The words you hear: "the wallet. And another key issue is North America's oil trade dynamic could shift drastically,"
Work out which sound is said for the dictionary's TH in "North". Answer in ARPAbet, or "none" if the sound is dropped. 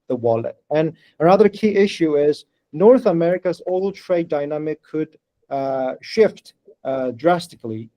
TH